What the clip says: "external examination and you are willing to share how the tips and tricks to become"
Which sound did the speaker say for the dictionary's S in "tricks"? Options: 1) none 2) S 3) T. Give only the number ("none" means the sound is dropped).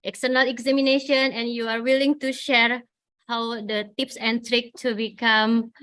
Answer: 1